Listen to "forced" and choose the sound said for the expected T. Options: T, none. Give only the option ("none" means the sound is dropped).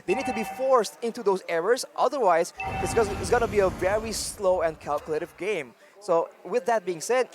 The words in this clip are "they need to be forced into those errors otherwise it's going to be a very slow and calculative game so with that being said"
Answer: T